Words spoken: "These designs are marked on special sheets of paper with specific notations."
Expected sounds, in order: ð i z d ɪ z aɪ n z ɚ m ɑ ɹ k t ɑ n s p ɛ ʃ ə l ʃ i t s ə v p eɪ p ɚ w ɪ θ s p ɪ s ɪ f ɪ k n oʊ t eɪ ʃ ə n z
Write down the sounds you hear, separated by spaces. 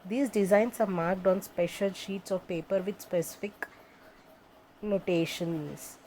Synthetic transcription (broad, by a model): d i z d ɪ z aɪ n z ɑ m ɑ ɹ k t ɑ n s p ɛ ʃ ə l ʃ i t s ə v p eɪ p ɚ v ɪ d s p ɪ s ɪ f ɪ k n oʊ t eɪ ʃ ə n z